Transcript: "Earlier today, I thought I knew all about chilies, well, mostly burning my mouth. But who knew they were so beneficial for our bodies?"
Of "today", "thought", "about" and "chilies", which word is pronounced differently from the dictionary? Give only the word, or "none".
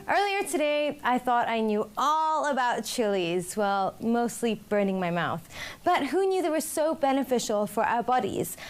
none